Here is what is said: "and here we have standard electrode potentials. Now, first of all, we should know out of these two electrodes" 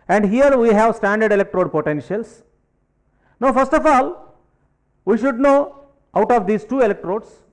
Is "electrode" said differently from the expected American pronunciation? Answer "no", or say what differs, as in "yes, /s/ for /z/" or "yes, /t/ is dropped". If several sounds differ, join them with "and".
no